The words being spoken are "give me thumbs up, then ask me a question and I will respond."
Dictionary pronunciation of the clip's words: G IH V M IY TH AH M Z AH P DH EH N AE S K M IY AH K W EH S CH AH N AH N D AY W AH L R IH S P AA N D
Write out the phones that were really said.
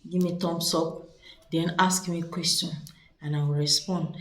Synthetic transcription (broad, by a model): G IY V M IY T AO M S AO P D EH N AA S K M IY K W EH S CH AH N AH N AY W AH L R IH S P AA N D